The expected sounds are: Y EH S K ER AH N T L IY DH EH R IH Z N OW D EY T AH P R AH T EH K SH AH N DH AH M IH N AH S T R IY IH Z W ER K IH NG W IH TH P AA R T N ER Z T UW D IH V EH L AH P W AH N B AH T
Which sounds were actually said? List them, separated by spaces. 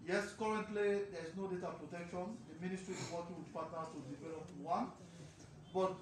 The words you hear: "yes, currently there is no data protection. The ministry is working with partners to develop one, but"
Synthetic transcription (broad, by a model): Y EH S K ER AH N T L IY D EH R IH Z N OW D EY T AH P R AH T EH K SH AH N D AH M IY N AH S T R IY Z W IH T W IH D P AA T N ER T UW D IH V EH L AH P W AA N B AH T